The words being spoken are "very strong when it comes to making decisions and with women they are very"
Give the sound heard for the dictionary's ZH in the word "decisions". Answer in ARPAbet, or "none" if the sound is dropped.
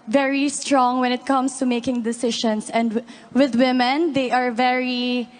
SH